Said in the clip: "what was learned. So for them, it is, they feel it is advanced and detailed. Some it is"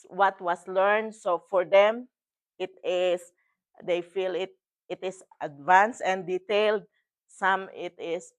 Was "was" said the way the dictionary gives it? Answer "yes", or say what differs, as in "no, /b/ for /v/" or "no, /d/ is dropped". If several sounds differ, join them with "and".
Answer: no, /s/ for /z/